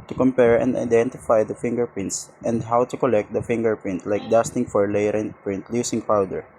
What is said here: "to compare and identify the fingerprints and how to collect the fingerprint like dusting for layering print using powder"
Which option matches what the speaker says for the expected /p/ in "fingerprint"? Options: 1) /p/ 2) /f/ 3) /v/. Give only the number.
1